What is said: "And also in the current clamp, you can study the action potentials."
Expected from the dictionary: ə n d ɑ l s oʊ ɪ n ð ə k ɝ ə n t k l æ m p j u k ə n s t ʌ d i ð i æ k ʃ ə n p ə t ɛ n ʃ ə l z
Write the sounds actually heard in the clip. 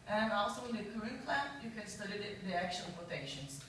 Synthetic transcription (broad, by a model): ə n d ɑ l s oʊ ɪ n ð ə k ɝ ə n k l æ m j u k ə n s t ʌ d i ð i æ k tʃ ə l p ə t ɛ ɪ ʃ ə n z